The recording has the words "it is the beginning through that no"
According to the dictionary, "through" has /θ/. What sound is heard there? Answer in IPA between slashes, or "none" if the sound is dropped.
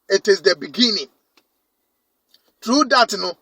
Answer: /t/